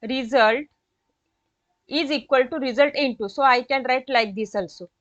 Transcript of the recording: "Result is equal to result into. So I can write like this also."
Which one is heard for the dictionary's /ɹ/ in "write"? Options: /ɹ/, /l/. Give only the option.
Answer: /ɹ/